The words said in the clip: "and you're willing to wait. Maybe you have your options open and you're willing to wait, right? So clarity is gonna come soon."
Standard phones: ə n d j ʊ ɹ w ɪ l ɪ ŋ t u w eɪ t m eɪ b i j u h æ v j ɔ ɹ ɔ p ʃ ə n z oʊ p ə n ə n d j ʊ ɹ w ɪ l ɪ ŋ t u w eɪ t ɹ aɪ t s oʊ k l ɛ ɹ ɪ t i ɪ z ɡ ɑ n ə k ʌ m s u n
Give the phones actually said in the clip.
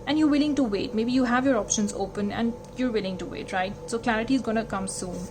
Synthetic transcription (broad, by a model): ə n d j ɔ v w ɪ l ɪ ŋ t u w eɪ t m eɪ b i j u h æ v j ɔ ɹ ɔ p ʃ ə n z oʊ p ə n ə n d j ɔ ɹ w ɪ l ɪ ŋ t u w eɪ t ɹ aɪ t s oʊ k l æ ɹ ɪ t i ɪ z ɡ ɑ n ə k ʌ m s u n